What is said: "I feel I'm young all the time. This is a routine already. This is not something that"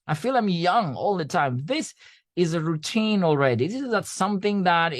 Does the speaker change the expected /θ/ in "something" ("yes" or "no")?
no